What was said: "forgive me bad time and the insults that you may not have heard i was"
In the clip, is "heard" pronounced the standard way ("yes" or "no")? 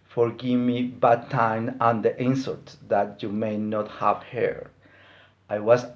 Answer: no